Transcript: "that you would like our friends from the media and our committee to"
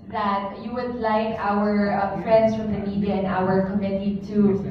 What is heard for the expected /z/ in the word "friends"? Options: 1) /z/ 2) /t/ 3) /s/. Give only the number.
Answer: 3